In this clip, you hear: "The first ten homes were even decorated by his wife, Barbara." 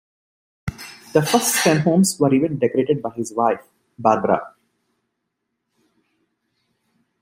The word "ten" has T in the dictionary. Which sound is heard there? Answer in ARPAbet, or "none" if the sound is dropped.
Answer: S